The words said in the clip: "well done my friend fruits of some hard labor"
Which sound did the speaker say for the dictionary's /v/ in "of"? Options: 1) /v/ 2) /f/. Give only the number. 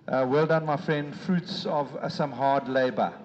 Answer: 1